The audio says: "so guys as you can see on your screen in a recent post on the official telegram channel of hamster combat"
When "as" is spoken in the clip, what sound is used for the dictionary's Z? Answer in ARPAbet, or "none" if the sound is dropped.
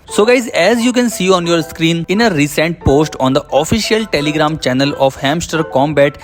Z